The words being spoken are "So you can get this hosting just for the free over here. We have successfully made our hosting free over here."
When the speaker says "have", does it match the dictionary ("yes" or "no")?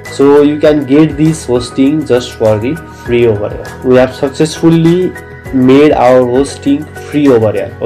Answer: no